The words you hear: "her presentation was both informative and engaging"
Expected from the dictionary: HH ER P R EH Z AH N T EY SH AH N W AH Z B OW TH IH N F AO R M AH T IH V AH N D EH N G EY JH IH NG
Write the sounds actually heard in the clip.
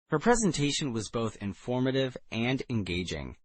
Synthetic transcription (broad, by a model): HH ER P R EH Z AH N T EY SH AH N W AH Z B OW TH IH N F AO R M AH T IH V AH N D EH N G EY JH IH NG